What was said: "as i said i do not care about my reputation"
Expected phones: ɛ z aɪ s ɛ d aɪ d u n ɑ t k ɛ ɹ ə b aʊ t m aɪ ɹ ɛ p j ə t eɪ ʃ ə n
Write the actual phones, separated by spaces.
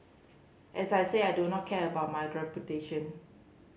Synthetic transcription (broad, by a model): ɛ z aɪ s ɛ aɪ d u n ɑ t k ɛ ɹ ə b aʊ t m aɪ ɹ ɛ p j ə t eɪ ʃ ə n